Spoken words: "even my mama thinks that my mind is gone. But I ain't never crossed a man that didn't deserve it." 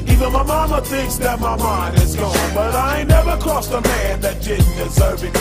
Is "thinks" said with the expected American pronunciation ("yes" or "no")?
yes